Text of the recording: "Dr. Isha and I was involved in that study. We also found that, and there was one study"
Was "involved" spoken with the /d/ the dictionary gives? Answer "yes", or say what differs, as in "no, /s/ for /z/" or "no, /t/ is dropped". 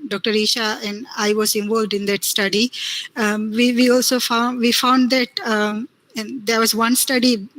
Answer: yes